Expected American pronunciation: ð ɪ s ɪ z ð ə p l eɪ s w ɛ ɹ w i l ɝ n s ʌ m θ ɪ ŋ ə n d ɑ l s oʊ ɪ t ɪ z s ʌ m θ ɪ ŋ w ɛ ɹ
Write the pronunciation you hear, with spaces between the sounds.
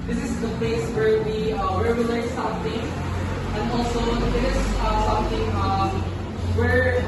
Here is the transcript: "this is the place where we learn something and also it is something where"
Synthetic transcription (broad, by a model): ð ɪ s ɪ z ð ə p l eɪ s w ɛ ɹ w i w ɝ l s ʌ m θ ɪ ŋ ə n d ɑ l s oʊ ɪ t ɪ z s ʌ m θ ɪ ŋ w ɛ ɹ